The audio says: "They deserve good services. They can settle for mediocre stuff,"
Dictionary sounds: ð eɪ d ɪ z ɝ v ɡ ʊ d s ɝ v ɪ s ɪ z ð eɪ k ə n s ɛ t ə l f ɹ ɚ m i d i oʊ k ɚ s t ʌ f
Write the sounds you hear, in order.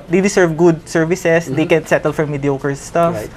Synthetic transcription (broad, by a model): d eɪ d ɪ s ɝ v ɡ ʊ d s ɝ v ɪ s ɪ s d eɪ k ə n s ɛ t ə l f ɹ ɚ m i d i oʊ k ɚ s t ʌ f